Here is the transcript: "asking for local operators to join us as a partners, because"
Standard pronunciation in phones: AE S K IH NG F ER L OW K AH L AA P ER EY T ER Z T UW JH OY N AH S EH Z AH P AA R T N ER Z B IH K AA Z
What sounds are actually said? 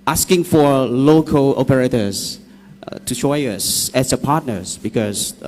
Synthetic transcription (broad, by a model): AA S K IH NG F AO L OW K AH L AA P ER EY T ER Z T UW SH OY AH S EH S AH P AA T N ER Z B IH K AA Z